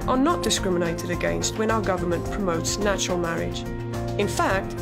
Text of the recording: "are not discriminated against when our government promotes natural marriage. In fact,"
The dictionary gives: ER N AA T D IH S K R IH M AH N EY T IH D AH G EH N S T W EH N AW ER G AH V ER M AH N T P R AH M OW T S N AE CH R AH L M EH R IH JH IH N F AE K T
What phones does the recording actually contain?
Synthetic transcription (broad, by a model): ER N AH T D IH S K R IH M AH N EY T IH D AH G EH N S T W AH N AW ER G AH V ER M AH N P R AH M OW T S N AE CH R AH L M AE R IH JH IH N F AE K T